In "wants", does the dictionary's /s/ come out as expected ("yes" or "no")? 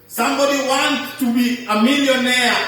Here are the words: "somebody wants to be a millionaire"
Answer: no